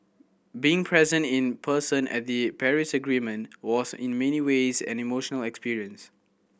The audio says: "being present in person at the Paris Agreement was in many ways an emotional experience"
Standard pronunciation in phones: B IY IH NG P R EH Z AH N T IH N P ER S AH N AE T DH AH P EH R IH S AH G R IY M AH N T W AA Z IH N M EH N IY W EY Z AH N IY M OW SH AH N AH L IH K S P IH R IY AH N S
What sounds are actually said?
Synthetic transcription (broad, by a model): B IY IH NG P R EH Z AH N T IH N P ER S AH N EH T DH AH P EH R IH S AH G R IY M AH N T W AA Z IH N M EH N IY W EY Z AH N IY M OW SH AH N AH L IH K S P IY R IY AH N S